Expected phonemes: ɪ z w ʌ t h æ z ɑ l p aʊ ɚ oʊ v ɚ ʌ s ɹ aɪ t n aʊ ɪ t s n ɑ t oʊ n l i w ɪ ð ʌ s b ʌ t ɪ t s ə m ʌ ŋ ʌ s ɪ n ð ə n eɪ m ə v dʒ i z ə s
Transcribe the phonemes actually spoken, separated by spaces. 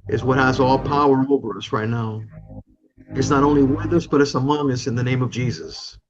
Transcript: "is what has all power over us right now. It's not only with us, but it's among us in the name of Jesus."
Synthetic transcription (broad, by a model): ɪ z w ʌ t h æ z ɑ l p aʊ ɚ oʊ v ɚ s ɹ aɪ t n aʊ ɪ t s n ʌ t oʊ n l i w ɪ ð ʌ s b ʌ t ɪ t s ə m ʌ ŋ ʌ s ɪ n ð ə n eɪ m ə v dʒ i z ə s